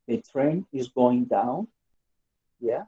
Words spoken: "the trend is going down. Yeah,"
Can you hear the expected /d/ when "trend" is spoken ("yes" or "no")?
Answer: no